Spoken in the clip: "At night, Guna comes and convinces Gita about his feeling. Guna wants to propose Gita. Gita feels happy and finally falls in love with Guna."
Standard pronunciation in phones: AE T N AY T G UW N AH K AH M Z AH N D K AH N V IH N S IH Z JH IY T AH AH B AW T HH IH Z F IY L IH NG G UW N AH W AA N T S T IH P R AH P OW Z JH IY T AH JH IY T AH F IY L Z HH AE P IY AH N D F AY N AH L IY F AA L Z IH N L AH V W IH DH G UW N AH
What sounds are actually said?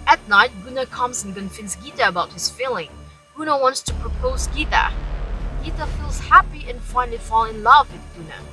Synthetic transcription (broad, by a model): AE T N AY T G UW N AH K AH M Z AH N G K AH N F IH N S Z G IY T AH AH B AW T HH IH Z F IY L IH NG G UW N AH W AA N T S T IH P R AH P OW Z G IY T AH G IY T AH F IY L Z HH AE P IY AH N F AY N L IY F AA L IH N L AH V W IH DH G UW N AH